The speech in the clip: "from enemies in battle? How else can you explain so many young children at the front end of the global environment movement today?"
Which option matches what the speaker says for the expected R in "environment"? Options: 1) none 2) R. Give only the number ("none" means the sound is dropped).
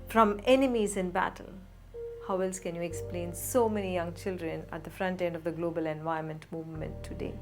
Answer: 1